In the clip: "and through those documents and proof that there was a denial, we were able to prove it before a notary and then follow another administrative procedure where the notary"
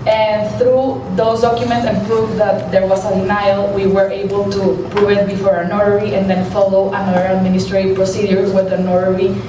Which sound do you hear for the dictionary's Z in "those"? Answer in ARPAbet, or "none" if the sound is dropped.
S